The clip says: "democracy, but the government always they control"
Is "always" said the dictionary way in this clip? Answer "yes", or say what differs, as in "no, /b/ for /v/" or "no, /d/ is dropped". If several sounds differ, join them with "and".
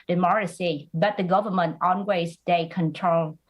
no, /n/ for /l/